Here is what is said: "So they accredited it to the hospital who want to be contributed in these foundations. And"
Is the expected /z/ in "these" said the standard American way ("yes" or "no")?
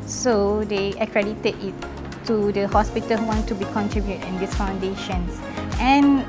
no